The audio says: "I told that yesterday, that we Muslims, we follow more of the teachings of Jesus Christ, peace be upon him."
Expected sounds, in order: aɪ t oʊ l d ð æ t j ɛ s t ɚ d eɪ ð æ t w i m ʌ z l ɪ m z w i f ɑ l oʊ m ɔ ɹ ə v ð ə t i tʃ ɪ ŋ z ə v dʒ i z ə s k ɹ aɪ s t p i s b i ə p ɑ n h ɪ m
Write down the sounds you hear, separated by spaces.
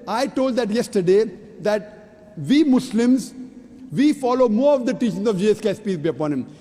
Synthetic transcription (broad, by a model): aɪ t oʊ l d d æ t j ɛ s t ɚ d eɪ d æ t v i m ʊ s l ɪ m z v i f ɑ l oʊ m ɔ ɹ ə v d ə t i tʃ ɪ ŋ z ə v dʒ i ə s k ɛ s p i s b i ə p ɑ n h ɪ m